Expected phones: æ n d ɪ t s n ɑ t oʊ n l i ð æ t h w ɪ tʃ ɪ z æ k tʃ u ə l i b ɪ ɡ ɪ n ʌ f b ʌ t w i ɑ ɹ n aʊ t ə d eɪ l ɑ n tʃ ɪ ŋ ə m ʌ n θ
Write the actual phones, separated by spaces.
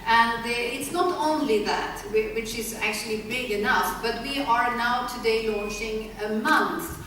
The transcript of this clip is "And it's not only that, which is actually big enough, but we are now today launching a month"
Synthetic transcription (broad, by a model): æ n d ɪ t s n ɑ t oʊ n l i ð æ t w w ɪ tʃ ɪ z æ k tʃ u ə l i b ɪ ɡ ɪ n ʌ f b ʌ t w i ɑ ɹ n aʊ t ə d eɪ l ɑ n tʃ ɪ ŋ ə m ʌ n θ